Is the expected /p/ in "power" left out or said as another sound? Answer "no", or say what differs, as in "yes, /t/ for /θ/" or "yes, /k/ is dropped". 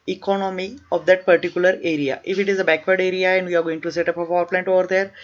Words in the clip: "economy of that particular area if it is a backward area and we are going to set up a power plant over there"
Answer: yes, /f/ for /p/